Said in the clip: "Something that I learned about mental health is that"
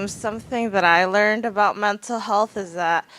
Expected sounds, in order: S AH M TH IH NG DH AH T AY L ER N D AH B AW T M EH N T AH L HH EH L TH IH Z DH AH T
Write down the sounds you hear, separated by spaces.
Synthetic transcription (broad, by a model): S AH M TH IH NG DH AH T AY L ER N D AH B AW T M EH N T L HH EH L TH IH Z DH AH T